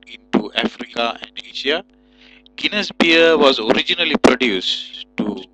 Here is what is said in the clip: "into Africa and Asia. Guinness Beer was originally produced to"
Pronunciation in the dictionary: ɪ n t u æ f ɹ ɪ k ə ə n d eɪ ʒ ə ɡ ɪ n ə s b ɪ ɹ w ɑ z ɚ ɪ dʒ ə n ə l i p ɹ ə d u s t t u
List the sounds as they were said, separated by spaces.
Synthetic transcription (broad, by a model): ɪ n t u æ f ɹ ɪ k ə ə n d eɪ ʃ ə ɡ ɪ n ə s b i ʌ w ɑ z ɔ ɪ dʒ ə n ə l i p ɹ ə d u s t t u